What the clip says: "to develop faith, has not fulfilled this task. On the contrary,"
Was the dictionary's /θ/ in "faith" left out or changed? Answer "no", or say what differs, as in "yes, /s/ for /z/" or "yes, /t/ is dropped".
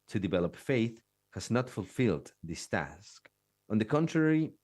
no